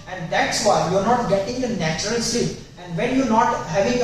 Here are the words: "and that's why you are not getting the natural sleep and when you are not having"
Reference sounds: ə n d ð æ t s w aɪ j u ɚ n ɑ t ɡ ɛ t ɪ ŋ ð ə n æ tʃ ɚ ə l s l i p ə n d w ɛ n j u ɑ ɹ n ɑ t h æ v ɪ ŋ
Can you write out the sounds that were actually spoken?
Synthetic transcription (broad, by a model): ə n d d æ t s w aɪ j u ɚ n ɑ t ɡ ɛ t ɪ ŋ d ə n æ tʃ ɚ ə l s i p ə n d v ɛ n j u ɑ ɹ n ɑ t h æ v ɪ ŋ